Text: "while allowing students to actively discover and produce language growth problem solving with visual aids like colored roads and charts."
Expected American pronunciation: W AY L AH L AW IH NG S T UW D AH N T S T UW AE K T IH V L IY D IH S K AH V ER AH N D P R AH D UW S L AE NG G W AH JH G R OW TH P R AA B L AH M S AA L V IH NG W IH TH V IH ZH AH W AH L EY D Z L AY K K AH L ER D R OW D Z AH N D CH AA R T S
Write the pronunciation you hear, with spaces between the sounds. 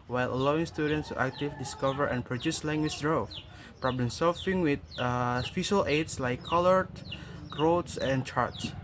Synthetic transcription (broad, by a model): W AY L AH L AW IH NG S T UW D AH N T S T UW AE K T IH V D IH S K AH V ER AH N P R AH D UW S L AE NG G W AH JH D R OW F P R AA B L AH M S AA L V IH NG W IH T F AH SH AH L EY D S L AY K K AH L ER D R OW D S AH N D CH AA R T S